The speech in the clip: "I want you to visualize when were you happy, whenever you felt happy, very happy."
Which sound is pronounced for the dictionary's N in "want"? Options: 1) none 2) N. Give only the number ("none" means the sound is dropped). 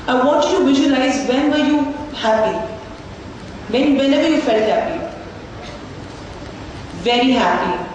1